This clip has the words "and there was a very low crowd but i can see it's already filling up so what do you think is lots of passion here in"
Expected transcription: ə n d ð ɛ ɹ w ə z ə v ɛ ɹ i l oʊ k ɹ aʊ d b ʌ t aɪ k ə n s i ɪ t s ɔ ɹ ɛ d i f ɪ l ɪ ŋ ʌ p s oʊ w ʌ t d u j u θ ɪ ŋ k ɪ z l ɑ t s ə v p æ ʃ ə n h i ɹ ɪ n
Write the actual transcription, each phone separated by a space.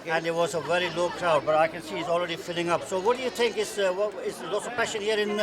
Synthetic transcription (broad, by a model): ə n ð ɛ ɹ w ə z ə v ɛ ɹ i l oʊ k ɹ aʊ d b ʌ t aɪ k ə n s i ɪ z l ɹ ɛ d i f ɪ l ɪ ŋ ʌ p s oʊ w ʌ t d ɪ j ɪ θ ɪ ŋ k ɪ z l ɑ t s ə v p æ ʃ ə n h i ɹ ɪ n